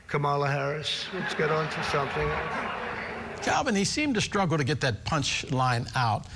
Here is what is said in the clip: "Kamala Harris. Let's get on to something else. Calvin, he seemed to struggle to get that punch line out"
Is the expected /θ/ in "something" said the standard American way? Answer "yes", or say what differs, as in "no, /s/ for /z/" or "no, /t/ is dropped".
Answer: yes